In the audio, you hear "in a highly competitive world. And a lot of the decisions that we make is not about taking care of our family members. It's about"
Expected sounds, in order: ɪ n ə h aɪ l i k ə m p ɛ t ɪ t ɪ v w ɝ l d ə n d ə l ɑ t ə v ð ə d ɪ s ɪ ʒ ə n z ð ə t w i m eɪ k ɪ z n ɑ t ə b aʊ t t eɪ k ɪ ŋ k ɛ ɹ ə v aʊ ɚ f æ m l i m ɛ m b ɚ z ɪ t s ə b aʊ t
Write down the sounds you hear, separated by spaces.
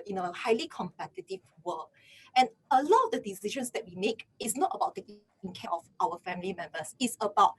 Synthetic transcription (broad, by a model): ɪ n ə h aɪ l i k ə m p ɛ t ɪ t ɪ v w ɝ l ə n ə l ɑ t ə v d ə d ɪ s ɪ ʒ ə n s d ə t w i m eɪ k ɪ s n ɑ t ə b aʊ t t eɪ k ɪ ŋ k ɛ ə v aʊ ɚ f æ m l i m ɛ m b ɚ s ɪ t s ə b aʊ t